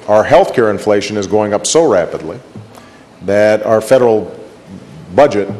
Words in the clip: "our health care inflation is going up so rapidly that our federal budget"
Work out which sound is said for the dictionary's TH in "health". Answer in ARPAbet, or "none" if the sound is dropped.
TH